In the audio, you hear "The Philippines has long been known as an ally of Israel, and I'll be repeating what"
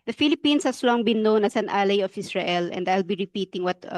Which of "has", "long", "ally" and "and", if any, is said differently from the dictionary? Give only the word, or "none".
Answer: has